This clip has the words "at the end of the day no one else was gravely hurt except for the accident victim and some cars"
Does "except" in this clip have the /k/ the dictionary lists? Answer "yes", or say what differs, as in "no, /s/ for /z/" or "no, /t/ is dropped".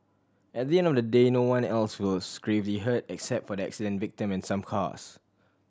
yes